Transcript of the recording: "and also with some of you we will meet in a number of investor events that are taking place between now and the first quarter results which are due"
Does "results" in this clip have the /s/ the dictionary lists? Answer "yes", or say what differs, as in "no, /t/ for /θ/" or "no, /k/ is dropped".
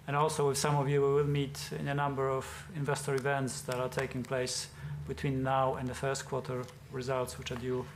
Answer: yes